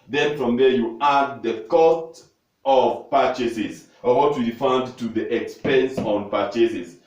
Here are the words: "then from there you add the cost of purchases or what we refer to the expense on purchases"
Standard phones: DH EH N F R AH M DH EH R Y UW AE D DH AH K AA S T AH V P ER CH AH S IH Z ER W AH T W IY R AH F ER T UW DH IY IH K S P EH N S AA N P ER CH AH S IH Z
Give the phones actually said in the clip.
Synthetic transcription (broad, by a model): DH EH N F R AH M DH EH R Y UW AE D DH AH K AA S T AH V P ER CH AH S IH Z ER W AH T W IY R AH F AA T UW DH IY IH K S P EH N S AA N P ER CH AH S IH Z